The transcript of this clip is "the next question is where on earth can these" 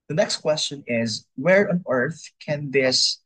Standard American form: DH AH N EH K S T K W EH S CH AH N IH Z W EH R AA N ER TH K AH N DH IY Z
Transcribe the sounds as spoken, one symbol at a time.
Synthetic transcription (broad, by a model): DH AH N EH K S T K W EH S CH AH N IH Z W EH R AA N ER TH K AH N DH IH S